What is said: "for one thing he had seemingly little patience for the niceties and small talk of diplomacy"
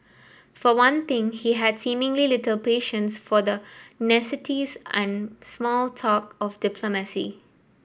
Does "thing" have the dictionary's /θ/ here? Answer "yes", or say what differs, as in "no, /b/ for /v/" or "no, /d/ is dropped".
no, /t/ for /θ/